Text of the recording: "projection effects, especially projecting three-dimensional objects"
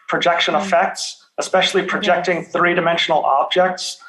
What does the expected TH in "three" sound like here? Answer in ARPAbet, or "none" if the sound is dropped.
TH